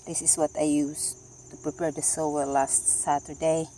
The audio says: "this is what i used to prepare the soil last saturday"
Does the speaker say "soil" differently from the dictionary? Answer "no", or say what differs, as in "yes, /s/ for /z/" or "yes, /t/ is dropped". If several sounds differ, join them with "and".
yes, /w/ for /l/